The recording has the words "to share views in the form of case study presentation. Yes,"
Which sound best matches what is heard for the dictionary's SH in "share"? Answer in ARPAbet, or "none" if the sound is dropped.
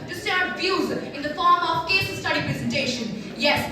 S